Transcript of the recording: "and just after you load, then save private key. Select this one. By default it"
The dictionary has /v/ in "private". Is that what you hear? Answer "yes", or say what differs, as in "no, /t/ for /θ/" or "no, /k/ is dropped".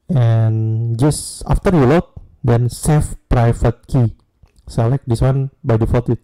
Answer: no, /f/ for /v/